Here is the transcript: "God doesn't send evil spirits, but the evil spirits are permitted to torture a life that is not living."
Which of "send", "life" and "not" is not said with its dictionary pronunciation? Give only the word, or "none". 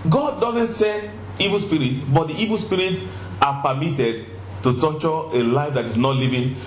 send